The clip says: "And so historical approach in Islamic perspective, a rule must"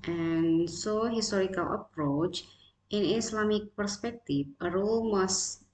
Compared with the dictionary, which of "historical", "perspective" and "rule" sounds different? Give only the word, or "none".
perspective